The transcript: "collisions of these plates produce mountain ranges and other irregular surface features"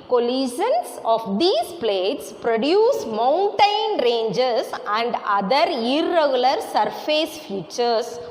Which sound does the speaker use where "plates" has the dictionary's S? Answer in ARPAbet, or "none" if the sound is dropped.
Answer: S